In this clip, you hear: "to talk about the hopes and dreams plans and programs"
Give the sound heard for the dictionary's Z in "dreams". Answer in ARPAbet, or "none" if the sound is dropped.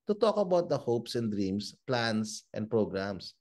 S